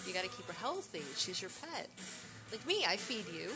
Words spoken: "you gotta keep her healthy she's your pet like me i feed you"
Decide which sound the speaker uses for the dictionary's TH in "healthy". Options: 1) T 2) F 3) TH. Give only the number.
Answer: 3